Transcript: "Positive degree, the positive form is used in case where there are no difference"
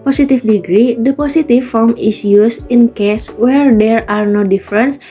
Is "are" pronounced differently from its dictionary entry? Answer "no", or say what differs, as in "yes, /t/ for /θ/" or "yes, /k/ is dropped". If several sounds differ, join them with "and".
no